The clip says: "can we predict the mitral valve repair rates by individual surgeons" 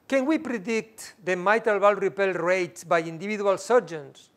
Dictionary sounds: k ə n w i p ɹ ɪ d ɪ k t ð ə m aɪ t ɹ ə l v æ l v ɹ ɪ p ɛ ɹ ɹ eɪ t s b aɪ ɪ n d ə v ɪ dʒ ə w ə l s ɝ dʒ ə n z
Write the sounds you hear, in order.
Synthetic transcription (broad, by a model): k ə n w i p ɹ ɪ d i k t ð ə m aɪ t ə l b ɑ l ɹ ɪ p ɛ l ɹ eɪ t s b aɪ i n d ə b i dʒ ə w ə l s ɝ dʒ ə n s